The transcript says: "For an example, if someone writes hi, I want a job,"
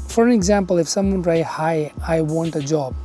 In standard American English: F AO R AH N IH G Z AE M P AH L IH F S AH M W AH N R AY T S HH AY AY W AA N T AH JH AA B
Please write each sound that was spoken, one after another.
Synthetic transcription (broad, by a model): F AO R AH N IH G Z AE M P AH L IH F S AH M W AH N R AY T HH AY AY W AA N T AH JH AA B